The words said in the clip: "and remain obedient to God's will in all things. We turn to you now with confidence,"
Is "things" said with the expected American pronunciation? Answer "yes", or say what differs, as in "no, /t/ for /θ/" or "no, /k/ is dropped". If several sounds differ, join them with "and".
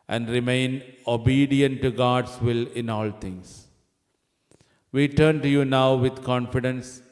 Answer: no, /t/ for /θ/